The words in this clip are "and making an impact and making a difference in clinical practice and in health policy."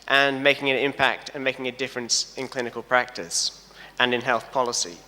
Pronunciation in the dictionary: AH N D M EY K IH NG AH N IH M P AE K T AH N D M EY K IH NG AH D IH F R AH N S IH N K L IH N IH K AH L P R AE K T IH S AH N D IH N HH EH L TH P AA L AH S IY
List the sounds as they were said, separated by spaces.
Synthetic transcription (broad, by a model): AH N M EY K IH NG AH N IH M P AE K T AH N M EY K IH NG AH D IH F R AH N S IH N K L IH N IH K AH L P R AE K T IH S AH N IH N HH EH L TH P AA L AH S IY